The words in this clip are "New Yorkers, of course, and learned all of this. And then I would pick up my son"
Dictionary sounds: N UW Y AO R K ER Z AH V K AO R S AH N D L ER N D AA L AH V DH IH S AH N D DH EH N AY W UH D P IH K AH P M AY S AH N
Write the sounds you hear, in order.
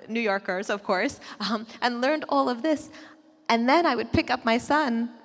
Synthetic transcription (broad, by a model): N UW Y AO R K ER Z AH V K AO R S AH N L ER N D AA L AH V DH IH S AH N DH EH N AY W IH D P IH K AH P M AY S AH N